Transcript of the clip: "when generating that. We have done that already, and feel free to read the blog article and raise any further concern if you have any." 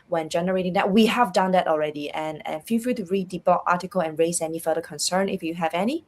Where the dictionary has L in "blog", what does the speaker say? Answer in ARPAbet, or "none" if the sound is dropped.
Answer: none